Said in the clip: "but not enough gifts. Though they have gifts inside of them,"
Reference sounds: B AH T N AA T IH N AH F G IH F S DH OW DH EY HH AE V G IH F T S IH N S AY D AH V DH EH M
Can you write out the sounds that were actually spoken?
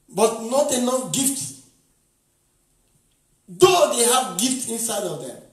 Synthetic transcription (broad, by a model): B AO T N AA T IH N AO G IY F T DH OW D EY HH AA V G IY F T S IH N S AY D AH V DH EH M